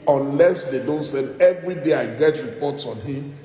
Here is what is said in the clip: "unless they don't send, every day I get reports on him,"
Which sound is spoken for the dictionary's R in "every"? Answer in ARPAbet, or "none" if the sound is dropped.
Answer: R